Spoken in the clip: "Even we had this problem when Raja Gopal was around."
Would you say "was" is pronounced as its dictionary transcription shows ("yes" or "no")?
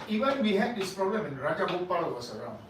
no